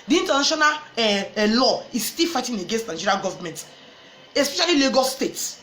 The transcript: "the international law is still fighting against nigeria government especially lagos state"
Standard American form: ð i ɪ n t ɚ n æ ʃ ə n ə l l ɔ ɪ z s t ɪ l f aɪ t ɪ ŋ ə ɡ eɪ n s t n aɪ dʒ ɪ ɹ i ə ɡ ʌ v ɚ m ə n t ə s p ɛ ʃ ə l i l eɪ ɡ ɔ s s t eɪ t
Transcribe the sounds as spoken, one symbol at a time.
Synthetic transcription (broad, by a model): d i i n t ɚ n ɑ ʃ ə n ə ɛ l ɔ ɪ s t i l f aɪ t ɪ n ə ɡ eɪ n s t n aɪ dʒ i ɹ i ɡ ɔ v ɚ m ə n t ə s p ɛ ʃ ə l i l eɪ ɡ ɔ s s t eɪ t